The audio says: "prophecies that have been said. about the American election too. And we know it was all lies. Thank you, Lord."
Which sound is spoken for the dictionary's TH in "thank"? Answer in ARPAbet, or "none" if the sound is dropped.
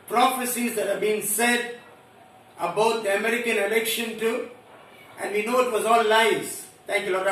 T